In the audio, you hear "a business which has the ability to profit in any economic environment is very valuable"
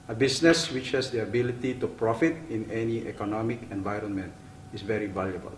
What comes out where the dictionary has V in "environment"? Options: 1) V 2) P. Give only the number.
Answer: 1